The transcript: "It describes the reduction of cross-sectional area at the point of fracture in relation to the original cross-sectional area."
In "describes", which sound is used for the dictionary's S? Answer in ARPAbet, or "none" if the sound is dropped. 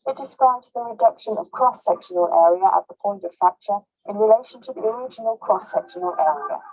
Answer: S